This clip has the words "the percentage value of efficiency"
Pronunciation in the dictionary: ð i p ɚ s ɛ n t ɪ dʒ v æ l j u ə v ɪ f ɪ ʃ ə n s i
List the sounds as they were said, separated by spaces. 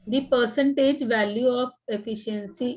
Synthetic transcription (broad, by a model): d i p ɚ s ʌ n t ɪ dʒ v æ l j u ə p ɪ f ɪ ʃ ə n s i